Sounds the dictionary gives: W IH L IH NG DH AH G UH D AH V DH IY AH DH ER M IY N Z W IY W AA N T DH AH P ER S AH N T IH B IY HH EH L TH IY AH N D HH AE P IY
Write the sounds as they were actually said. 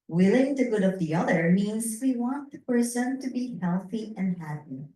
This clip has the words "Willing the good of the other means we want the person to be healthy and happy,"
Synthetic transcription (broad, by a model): W IH L IH NG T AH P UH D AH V DH IY AH DH ER M IY N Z W IY W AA N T DH AH P ER S AH N T IH B IY HH EH L TH IY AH N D HH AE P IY